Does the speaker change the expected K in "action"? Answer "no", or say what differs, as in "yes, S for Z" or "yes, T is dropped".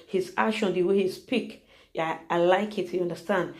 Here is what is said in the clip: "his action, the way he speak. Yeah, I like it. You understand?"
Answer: yes, K is dropped